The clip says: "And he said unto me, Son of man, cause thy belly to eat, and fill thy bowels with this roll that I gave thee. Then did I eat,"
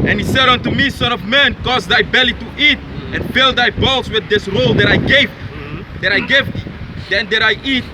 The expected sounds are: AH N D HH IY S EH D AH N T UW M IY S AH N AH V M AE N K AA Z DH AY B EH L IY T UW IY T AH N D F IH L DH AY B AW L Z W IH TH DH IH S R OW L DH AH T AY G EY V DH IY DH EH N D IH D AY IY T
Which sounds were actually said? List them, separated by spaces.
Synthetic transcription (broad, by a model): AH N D HH IY S EH D AH N T UW M IY S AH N AH V M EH N K AA Z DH AY B EH L IY T UW IY T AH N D F IH L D AY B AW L S W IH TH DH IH S R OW L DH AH T AY G EY V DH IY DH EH N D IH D AY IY T